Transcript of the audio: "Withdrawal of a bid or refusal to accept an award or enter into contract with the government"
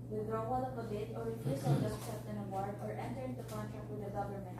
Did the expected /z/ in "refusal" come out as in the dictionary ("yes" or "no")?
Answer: no